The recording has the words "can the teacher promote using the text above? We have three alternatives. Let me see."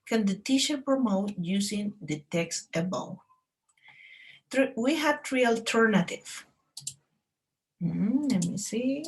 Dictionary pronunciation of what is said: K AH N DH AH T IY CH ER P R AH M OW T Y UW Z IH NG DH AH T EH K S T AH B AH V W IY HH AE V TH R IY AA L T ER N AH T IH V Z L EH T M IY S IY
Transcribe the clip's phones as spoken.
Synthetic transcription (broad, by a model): K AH N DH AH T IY SH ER P R AH M OW T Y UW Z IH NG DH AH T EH K S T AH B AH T W IY HH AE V T R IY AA L T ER N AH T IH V L EH T M IY S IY